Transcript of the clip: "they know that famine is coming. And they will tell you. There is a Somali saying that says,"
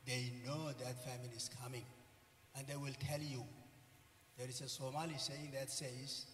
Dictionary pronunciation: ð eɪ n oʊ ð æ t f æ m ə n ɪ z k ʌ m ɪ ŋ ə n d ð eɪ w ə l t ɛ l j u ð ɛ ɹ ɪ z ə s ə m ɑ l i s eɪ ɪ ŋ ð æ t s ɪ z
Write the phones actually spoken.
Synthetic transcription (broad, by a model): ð eɪ n oʊ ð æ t f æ m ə l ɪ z k ʌ m ɪ ŋ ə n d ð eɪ w ə l t ɛ l j u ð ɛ ɹ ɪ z ə s ə m ɑ l i s eɪ ɪ ŋ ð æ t s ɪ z